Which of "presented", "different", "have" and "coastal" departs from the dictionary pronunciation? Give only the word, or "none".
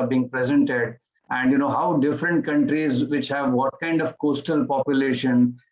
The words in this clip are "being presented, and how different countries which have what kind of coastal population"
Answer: none